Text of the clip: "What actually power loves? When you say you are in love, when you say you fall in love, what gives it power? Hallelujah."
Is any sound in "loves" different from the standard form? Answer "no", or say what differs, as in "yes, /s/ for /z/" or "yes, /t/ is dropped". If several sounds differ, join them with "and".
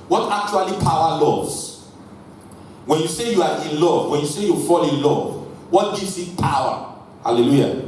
yes, /v/ is dropped